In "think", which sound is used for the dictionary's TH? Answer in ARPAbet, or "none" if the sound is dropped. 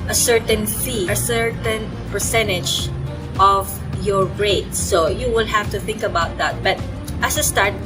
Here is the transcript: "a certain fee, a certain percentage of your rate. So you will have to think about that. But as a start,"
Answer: TH